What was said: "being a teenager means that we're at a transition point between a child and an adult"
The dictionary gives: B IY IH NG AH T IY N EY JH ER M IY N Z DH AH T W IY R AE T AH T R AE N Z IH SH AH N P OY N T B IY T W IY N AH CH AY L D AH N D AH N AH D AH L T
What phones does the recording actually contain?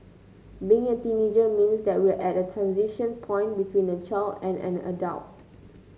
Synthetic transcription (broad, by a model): B IY IH NG AH T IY N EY JH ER M IY N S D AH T W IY L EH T AH T R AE N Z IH SH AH N P OY N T B IY T W IY N AH CH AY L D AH N AH N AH D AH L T